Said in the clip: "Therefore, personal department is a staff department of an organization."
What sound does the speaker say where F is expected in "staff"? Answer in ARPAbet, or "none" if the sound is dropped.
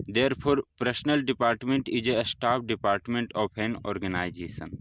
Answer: P